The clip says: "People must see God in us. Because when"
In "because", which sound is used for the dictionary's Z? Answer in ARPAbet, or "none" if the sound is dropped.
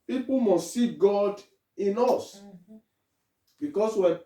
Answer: S